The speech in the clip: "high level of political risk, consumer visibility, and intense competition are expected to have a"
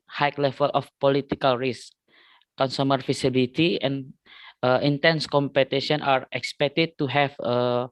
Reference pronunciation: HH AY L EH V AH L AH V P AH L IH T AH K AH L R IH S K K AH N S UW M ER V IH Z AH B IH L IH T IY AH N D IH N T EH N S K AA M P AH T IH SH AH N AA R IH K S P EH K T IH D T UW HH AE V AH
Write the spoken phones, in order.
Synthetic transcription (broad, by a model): HH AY L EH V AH L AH F P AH L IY T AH K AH L R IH S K K AH N S UW M ER F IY S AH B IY L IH T IY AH N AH IH N T EH N S K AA M P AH T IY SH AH N AA R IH K S P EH K T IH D T UW HH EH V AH